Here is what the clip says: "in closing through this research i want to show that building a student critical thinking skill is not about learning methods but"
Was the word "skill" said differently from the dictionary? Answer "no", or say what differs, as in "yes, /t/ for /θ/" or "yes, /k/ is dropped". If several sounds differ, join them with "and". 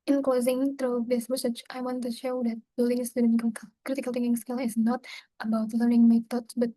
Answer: no